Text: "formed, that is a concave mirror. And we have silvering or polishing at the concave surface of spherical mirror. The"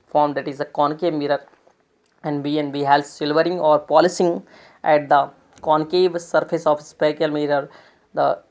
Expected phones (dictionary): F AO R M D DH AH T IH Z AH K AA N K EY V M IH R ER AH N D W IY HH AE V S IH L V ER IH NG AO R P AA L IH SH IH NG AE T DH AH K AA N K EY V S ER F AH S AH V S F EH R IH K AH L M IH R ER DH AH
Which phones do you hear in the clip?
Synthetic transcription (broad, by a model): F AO R M D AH T IH Z AH K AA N K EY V M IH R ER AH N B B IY HH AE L S IH L V ER IH NG AO R P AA L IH S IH NG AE T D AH K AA N K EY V S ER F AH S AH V S P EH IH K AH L M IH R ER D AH